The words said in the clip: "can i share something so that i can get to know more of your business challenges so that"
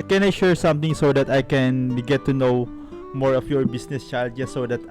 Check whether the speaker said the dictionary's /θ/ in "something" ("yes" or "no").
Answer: no